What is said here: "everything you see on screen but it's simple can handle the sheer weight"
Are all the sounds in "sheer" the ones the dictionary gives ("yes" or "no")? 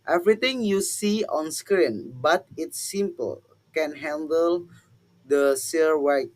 no